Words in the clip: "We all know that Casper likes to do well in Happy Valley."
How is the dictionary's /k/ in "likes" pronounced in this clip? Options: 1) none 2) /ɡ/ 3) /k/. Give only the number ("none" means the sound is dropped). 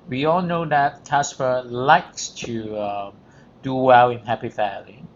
3